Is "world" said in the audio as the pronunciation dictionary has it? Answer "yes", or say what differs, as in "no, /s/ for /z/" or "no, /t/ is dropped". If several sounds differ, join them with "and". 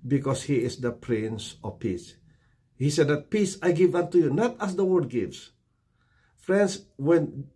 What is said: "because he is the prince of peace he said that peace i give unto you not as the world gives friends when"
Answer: no, /l/ is dropped